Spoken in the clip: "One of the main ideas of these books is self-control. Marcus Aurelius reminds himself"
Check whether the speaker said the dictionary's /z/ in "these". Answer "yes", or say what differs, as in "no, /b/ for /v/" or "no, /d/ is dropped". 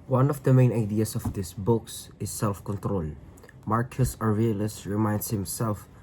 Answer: no, /s/ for /z/